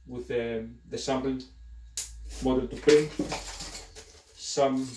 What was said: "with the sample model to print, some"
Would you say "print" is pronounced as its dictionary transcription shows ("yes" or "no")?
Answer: no